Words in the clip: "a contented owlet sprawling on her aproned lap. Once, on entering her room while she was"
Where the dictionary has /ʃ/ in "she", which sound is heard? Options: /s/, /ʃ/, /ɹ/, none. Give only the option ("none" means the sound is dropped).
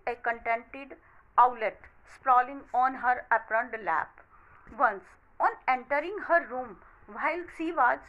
/s/